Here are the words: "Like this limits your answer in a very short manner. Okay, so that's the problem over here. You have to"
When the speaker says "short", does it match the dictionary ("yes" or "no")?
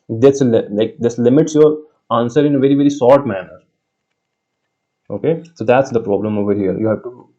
no